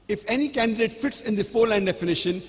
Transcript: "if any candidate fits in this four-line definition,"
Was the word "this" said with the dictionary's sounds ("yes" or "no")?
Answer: no